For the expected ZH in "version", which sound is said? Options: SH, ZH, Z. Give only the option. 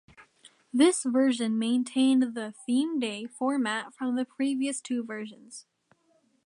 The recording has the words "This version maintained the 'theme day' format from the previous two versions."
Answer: ZH